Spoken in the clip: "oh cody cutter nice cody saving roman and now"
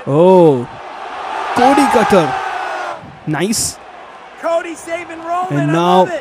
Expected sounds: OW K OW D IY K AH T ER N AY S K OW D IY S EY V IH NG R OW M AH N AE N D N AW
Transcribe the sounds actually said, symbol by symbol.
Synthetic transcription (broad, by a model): OW K OW D IY K AH T ER N AY S K OW D IY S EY IH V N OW AH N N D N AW